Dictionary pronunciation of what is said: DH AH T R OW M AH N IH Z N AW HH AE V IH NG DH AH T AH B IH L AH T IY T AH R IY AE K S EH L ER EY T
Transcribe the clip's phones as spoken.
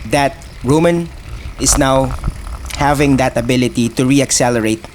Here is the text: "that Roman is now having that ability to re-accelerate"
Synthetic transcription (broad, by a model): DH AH T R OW M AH N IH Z N AW HH AE V IH NG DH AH T AH B IH L AH T IY T AH R IY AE K S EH L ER EY T